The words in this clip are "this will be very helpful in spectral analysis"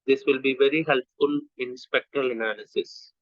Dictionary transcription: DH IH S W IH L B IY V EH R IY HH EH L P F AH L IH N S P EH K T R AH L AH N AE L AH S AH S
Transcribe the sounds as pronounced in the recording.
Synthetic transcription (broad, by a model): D IH S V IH L B IY V EH R IY HH EH L P F AH L IH N S P EH K T R AH L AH N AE L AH S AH S